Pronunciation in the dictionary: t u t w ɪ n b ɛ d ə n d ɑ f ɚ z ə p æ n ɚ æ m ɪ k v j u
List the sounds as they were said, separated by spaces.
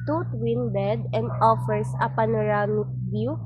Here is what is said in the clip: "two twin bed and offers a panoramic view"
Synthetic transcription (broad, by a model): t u t w ɪ n b ɛ d ə n d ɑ f ɚ s ə p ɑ n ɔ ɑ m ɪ k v j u